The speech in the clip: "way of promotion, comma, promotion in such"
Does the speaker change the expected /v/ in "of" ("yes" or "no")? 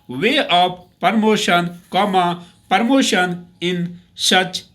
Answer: yes